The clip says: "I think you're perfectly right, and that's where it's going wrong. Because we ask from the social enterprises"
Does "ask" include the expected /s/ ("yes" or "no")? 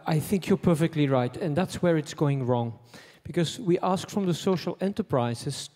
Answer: yes